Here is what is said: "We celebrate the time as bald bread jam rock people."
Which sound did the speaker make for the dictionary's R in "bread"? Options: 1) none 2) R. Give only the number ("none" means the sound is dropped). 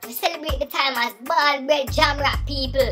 1